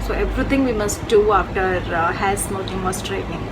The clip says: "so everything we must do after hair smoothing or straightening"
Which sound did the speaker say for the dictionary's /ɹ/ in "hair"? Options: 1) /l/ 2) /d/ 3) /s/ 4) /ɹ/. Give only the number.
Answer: 1